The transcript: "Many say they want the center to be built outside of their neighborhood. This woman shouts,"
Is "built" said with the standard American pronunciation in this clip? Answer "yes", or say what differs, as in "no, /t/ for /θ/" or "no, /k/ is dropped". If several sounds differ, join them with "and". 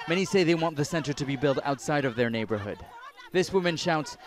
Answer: yes